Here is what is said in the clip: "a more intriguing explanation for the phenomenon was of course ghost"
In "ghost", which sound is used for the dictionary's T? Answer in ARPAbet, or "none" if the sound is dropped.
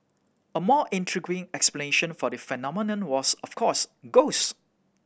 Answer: none